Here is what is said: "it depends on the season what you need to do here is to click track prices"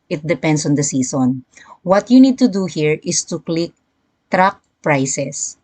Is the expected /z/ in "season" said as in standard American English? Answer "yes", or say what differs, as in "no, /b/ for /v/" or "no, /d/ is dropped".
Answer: no, /s/ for /z/